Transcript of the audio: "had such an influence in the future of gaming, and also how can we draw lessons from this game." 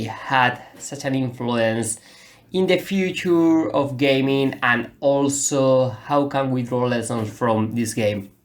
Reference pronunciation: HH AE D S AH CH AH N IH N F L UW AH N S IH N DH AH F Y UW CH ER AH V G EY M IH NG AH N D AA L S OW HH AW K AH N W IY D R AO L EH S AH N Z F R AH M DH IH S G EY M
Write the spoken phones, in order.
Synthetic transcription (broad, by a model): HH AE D S AH CH AH N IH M F L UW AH N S IH N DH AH F Y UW CH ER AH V G EY M IH NG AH N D AA L S OW HH AW K AH N W IY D R AO L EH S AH N S F R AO M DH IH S G EY M